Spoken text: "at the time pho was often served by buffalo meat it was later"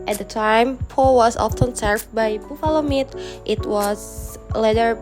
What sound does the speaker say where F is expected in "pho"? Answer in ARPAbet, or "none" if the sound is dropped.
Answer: P